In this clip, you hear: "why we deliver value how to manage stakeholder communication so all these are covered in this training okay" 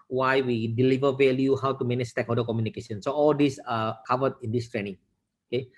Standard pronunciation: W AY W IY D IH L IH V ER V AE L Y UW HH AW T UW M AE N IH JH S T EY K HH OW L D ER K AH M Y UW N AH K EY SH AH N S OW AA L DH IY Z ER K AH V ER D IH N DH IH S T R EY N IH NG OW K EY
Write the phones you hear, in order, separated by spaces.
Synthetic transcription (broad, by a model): W AY W IY D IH L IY V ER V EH L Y UW HH AW T UW M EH N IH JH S T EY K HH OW D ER K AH M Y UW N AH K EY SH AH N S OW AA L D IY S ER K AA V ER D IH N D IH S T R EY N IH NG OW K EY